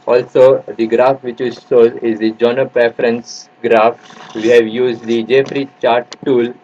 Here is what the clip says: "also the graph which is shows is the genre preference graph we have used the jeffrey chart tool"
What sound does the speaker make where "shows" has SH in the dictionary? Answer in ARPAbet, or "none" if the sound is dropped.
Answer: S